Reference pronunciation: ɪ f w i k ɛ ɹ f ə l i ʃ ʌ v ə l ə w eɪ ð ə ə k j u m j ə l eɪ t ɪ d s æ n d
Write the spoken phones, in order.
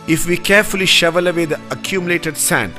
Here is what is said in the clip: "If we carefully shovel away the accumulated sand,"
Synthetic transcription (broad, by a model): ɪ f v i k ɛ ɹ f ə l i ʃ ʌ v ə l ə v eɪ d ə ə k j u m j ə l eɪ t ɪ d s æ n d